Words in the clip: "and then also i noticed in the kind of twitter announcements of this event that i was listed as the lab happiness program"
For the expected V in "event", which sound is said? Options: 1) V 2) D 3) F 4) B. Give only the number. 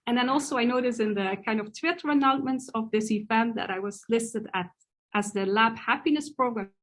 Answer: 3